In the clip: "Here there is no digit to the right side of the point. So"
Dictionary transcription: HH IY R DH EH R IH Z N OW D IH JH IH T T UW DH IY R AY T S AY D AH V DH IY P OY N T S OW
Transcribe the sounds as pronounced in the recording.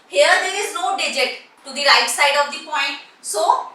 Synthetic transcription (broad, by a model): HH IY R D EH R IH Z N OW D IH JH IH T T UW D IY R AY T S AY D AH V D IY P OY N T S OW